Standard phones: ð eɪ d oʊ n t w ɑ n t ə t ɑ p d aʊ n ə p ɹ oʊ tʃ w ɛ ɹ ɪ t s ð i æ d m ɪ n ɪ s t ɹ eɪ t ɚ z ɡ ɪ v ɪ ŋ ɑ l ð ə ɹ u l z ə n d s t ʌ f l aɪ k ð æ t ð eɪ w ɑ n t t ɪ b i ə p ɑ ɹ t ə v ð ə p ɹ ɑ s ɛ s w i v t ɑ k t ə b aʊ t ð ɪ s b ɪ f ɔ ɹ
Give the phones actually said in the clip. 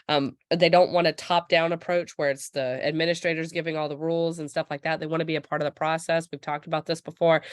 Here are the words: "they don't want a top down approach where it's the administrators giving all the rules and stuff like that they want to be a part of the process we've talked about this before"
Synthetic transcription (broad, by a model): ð eɪ d oʊ n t w ɑ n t ə t ɑ p d aʊ n ə p ɹ oʊ tʃ w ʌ ɹ ɪ t s ð i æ d m ɪ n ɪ s t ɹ eɪ t ɚ z ɡ ɪ v ɪ ŋ ɑ l ð ə ɹ u l z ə n s t ʌ f l aɪ k ð æ t ð eɪ w ɑ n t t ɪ b i ə p ɑ ɹ t ə v ð ə p ɹ ɑ s ɛ s w i v t ɑ k t ə b aʊ t ð ɪ s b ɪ f ɔ ɹ